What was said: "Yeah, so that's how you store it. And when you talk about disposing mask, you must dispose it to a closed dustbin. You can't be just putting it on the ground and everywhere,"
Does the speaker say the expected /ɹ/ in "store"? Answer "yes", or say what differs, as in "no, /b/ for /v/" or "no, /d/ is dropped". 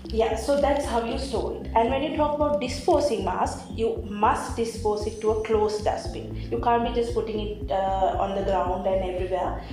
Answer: no, /l/ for /ɹ/